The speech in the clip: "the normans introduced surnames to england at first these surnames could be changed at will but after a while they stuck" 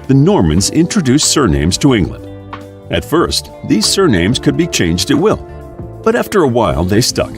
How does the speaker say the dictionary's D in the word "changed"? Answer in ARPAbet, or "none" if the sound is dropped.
D